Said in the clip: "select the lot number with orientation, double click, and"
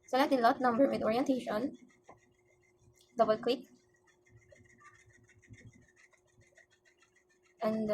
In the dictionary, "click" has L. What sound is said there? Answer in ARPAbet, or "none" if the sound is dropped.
W